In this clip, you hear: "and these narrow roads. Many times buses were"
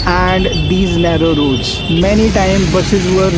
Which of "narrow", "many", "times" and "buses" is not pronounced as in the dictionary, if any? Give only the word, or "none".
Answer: times